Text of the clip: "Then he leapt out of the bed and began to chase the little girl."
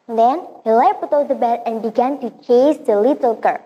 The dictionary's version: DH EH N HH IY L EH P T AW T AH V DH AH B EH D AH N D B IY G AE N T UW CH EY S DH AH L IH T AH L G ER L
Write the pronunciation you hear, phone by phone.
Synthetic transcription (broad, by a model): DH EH N HH IY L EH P UW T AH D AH B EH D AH N B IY G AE N T UW CH EY S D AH L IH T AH L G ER